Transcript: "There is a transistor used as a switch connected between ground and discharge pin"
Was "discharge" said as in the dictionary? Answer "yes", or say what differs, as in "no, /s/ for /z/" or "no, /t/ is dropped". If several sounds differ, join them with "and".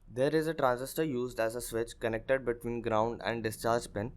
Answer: yes